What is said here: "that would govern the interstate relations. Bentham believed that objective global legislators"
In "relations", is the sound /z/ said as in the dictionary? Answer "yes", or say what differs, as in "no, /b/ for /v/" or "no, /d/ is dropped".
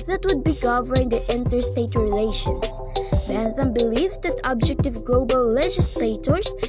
no, /s/ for /z/